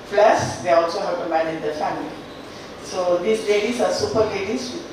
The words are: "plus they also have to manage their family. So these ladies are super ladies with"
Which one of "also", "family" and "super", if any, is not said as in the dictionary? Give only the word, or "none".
none